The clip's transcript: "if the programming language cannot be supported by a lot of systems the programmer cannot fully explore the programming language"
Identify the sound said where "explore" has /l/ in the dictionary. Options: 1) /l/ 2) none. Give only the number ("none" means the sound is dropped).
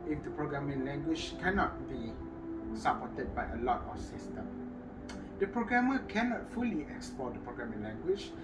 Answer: 2